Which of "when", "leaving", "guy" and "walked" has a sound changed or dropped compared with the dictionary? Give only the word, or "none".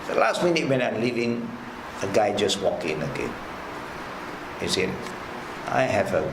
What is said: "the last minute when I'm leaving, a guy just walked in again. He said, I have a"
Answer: walked